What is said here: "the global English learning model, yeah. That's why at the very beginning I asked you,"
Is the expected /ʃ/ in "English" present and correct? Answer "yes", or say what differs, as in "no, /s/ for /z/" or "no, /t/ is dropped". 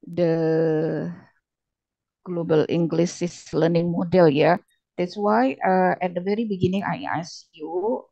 no, /s/ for /ʃ/